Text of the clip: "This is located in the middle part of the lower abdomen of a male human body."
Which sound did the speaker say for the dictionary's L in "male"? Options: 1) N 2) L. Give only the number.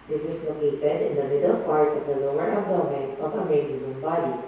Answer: 1